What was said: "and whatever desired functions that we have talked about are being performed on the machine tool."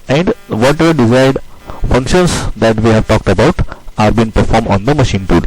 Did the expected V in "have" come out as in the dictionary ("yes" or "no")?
yes